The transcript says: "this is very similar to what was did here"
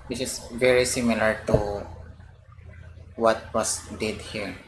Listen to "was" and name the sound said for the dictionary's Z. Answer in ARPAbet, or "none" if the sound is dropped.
S